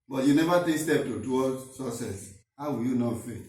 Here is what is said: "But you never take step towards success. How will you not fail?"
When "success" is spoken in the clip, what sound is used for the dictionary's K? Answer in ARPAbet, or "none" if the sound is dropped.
none